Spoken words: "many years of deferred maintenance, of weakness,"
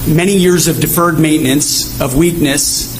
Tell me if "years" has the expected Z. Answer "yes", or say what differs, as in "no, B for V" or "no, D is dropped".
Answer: yes